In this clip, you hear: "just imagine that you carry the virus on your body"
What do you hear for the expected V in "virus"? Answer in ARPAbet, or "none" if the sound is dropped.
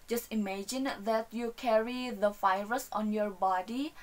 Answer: F